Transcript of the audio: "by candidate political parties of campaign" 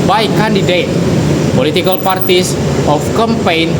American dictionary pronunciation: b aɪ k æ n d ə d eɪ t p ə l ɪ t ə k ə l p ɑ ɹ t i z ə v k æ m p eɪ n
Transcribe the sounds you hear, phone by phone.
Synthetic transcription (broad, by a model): b aɪ k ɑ n d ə d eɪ t p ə l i t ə k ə l p ɑ ɹ t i s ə f k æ m p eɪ n